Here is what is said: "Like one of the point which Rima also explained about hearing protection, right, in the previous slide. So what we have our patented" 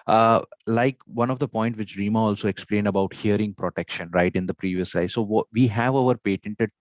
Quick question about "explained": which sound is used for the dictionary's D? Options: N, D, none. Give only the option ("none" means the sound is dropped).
D